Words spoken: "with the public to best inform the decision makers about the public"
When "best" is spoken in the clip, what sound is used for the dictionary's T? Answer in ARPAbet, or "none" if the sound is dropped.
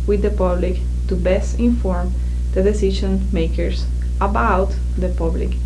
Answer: T